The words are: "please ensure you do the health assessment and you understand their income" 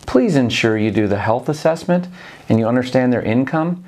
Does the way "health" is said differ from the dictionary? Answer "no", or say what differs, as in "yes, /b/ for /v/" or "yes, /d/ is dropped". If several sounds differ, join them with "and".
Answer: no